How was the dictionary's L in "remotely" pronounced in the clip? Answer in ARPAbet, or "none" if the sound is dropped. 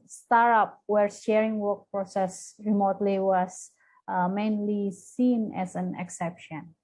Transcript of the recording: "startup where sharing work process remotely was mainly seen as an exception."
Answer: L